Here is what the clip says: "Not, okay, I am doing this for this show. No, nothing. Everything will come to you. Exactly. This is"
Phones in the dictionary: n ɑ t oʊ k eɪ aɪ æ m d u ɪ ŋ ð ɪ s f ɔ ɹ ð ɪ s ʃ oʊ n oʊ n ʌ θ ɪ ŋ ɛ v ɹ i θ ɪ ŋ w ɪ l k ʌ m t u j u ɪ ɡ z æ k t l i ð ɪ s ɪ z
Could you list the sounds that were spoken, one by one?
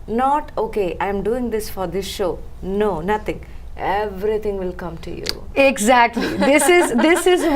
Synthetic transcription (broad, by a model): n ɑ t oʊ k eɪ aɪ m d u ɪ ŋ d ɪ s f ɔ ɹ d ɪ s ʃ oʊ n oʊ n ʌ t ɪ ŋ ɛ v ɹ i t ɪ ŋ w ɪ l k ʌ m t u j u ɪ ɡ z æ k t l i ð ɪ s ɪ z